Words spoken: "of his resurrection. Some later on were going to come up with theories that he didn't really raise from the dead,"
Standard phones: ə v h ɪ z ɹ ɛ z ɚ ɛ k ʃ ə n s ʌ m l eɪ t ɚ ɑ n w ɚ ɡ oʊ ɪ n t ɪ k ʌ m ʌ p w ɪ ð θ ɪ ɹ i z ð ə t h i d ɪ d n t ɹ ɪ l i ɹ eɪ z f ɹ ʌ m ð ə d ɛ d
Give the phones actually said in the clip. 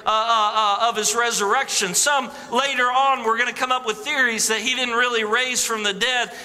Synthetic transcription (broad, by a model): ə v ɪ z ɹ ɛ z ɚ ɛ k ʃ ə n s ʌ m l eɪ t ɚ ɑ n w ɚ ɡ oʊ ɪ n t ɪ k ʌ m ʌ p w ɪ ð θ ɪ ɹ i z ð ə t h i d ɪ d n t ɹ ɪ l i ɹ eɪ z f ɹ ʌ m ð ə d ɛ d